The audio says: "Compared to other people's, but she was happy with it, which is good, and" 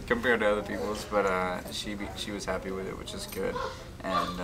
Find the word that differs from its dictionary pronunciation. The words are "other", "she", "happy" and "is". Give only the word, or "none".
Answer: none